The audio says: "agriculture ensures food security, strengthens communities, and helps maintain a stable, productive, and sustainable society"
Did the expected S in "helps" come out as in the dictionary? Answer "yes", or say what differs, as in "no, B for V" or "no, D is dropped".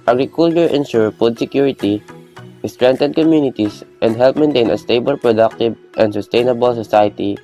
no, S is dropped